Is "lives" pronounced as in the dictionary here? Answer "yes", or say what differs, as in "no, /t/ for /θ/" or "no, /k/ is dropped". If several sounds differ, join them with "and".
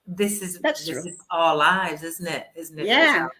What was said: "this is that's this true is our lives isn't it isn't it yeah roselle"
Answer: yes